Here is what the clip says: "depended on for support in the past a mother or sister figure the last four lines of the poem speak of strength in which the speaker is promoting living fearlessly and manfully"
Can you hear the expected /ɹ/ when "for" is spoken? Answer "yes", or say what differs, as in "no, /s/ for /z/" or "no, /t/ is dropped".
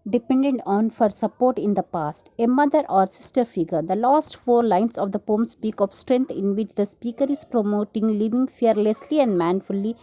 yes